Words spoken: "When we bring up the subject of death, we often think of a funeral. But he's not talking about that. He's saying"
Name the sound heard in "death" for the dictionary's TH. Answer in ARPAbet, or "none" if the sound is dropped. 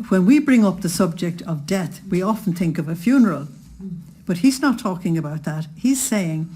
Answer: TH